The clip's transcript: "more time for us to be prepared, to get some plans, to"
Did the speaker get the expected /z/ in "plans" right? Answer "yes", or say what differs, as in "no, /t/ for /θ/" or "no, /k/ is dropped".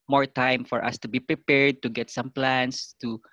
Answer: no, /s/ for /z/